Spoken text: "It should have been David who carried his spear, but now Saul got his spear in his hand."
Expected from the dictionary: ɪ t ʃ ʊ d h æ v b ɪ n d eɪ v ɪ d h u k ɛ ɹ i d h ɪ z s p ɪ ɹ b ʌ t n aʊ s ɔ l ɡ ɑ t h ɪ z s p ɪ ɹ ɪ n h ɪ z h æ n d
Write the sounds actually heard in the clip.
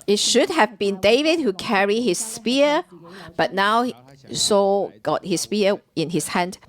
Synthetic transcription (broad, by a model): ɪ t ʃ ʊ d h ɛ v b ɪ n d eɪ v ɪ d h u k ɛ ɹ i h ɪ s p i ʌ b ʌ t n aʊ s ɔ ɡ ɑ t h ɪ s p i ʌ ɪ n h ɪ s h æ n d